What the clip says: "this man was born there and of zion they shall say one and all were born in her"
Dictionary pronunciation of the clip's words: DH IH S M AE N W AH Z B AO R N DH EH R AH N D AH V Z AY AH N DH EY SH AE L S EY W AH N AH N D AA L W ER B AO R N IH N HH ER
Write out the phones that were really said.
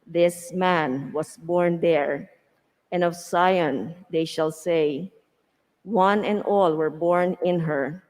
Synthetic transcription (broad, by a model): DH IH S M AE N W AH S B AO R N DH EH R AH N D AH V S AY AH N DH EY SH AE L S EY W AH N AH N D AA L W ER B AO R N IH N HH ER